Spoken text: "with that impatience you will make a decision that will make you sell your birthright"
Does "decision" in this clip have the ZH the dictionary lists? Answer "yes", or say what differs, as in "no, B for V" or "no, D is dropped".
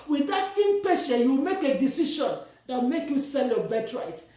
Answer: no, SH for ZH